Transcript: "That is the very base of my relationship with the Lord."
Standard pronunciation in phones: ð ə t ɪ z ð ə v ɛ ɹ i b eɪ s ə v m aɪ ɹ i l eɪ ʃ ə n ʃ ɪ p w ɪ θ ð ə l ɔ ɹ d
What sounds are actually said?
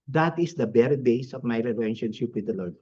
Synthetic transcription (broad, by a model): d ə t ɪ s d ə b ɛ ɹ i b eɪ s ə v m aɪ ɹ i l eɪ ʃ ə n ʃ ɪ p w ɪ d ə l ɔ ɹ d